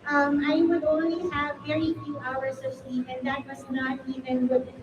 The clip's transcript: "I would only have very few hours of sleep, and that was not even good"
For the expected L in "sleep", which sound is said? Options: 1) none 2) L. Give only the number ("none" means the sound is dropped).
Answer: 2